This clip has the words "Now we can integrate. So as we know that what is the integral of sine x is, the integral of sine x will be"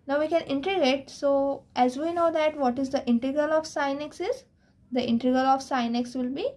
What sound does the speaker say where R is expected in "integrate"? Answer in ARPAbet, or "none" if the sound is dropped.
none